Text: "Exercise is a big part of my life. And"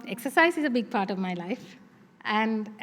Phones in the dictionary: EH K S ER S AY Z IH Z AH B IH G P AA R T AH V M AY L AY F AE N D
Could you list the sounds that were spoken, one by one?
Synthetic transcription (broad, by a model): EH K S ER S AY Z IH Z AH B IH G P AA R T AH V M AY L AY F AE N D